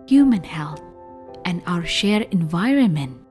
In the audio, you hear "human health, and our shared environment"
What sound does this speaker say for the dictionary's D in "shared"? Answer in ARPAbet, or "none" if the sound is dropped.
none